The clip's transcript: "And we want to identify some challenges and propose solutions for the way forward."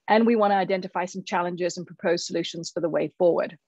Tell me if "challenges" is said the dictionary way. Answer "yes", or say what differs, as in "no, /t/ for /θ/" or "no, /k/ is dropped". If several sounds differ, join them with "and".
yes